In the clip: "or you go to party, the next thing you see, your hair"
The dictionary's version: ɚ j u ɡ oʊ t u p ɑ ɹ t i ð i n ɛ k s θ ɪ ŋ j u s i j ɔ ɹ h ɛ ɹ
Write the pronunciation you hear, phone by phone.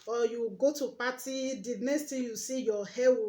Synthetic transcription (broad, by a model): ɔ j u ɡ oʊ t u p ɑ t i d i n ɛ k s t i j u s i j ɔ h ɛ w